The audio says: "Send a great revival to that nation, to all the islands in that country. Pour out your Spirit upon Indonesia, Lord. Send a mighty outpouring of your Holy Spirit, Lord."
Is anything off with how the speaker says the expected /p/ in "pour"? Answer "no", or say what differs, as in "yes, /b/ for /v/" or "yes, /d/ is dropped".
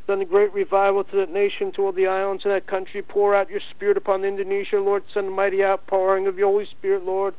no